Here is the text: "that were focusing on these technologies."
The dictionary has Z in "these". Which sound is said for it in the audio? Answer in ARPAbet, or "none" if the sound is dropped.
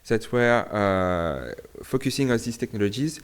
S